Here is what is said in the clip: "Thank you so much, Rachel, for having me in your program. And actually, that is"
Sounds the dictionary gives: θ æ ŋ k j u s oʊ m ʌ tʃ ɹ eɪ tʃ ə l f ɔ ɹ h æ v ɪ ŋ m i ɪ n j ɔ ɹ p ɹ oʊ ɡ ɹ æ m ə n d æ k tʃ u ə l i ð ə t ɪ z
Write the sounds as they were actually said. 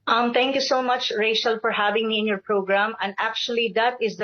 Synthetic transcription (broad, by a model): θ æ ŋ k j u s oʊ m ʌ tʃ ɹ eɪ ʃ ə l f ɔ ɹ h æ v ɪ ŋ m i ɪ n j ɔ ɹ p ɹ oʊ ɡ ɹ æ m ə n d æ k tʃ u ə l i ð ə t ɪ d